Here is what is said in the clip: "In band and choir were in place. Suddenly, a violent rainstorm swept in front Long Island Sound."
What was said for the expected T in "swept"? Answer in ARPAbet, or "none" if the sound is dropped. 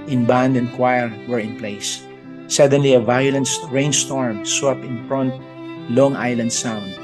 none